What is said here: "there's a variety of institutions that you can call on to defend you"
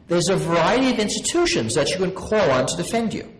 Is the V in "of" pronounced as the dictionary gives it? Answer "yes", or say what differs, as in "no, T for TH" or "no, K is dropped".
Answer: yes